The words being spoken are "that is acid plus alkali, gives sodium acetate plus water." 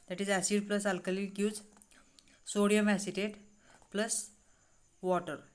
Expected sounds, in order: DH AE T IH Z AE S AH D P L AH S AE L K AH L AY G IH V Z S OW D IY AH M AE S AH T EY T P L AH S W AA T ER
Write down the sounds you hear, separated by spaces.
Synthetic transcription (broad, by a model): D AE T IH Z AE S AH D P L AH S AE L K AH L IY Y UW Z S OW D IY AH M AE S AH T EY T P L AH S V AA T ER